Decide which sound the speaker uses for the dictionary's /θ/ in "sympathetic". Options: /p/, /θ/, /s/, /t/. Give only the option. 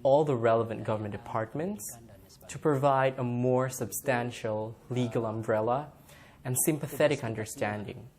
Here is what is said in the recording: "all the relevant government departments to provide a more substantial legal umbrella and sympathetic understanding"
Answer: /θ/